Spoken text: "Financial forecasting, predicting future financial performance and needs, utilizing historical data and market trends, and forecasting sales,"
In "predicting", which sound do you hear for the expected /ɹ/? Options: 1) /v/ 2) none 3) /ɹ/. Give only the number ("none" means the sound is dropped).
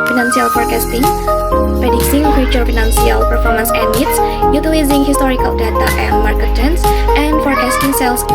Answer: 2